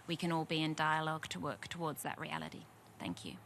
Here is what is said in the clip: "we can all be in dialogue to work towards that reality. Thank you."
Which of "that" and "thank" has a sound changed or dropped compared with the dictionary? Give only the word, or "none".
none